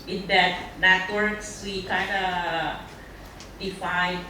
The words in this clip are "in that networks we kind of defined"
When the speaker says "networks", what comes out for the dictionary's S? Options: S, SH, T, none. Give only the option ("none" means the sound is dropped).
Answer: S